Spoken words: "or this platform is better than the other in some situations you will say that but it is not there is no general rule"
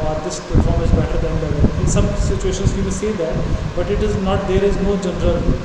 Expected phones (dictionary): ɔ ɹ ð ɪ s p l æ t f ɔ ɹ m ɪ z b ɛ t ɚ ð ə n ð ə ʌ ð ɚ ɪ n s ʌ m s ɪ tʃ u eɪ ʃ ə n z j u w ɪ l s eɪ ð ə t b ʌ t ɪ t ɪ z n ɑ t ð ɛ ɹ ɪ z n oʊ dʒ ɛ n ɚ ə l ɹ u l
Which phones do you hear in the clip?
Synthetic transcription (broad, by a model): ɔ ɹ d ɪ s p ʌ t f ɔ ɹ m ɪ z b ɛ t ɚ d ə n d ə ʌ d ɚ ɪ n s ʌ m s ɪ tʃ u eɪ ʃ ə n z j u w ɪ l s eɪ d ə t b ʌ t ɪ t ɪ z n ɑ t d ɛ ɹ ɪ z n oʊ dʒ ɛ n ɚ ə ɹ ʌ l